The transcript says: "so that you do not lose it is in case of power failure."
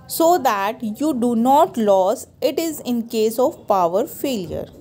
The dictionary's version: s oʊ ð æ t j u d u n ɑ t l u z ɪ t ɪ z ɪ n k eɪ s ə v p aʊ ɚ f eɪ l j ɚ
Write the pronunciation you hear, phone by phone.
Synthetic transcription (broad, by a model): s oʊ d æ t j u d u n ɑ t l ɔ s ɪ t ɪ z ɪ n k eɪ s ə v p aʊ ɚ f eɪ l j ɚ